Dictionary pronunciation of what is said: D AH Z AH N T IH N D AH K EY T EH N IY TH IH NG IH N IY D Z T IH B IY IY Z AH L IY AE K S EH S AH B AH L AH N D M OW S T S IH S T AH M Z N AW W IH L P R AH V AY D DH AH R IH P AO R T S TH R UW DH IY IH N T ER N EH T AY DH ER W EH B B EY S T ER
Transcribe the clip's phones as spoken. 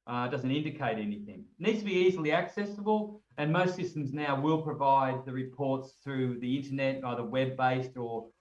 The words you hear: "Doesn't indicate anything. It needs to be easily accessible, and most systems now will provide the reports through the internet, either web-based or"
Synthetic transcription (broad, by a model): D AH Z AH N T IH N D AH K EY T EH N IY TH IH NG N IY D Z T IH B IY IY Z L IY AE K S EH S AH B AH L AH N M OW S T S IH S T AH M Z N AW W IH L P R AH V AY D DH AH R IH P AO R T S TH R UW DH IY IH N T ER N EH T AY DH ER W EH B B EY S T ER